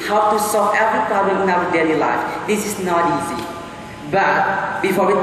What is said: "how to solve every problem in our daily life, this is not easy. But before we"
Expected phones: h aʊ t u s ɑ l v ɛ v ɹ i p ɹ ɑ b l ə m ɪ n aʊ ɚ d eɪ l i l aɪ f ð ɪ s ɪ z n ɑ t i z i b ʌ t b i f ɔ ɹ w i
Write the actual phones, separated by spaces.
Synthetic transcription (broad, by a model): h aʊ t u s ɑ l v ɛ v ɹ i p ɹ ɑ b l ə m ɪ n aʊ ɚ d eɪ l i l aɪ f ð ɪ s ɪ s n ɑ t i z i b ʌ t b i f ɔ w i